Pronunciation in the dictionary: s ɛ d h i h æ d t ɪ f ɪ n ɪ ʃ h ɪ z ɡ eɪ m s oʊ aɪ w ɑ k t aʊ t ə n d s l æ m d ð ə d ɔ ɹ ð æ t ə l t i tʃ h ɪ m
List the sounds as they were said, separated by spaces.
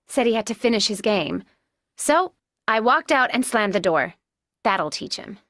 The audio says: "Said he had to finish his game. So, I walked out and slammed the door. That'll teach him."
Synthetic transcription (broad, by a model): s ɛ d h i h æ d t ɪ f ɪ n ɪ ʃ h ɪ z ɡ eɪ m s oʊ aɪ w ɑ k t aʊ t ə n s l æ m ð ə d ɔ ɹ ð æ t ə l t i tʃ h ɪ m